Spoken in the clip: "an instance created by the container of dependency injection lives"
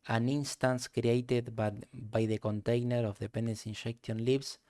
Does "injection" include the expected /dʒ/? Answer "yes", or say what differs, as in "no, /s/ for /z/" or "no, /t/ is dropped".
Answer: no, /ʃ/ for /dʒ/